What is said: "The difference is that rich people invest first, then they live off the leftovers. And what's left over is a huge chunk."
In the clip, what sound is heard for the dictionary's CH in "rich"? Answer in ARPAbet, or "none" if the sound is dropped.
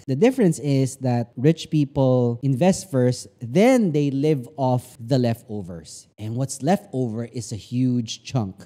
CH